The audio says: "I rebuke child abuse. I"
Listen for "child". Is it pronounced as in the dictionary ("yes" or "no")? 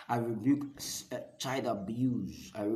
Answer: no